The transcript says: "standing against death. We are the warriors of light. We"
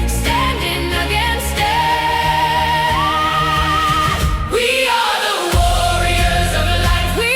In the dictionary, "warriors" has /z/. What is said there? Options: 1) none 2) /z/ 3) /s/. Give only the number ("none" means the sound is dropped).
2